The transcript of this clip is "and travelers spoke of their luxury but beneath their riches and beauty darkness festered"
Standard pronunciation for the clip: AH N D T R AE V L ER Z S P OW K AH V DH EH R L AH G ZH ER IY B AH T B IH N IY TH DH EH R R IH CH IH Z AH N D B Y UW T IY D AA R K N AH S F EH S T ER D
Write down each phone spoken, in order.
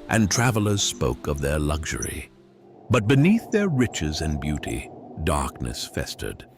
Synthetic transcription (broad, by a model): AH N T R AE V L ER Z S P OW K AH V DH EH R L AH G ZH ER IY B AH T B IH N IY TH DH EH R R IH CH IH Z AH N B Y UW T IY D AA R K N AH S F EH S T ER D